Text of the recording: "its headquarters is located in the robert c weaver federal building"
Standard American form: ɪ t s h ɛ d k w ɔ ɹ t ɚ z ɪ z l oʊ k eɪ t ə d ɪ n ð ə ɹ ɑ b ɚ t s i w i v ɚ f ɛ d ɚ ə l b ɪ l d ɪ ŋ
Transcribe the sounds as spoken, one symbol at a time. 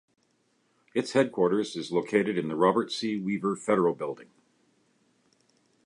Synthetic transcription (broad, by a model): ɪ t s h ɛ d k w ɔ ɹ t ɚ z ɪ z l oʊ k eɪ t ə d ɪ n ð ə ɹ ɑ b ɚ t s i w i v ɚ f ɛ d ɚ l b ɪ l d ɪ ŋ